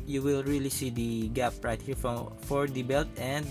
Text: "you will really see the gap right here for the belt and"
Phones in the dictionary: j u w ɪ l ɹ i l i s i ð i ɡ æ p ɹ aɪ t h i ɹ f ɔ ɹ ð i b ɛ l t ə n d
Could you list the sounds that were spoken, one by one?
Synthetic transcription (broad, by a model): j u w ɪ l ɹ i l i s i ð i ɡ æ p ɹ aɪ t h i ɹ f ɔ ɹ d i b ɛ l t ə n d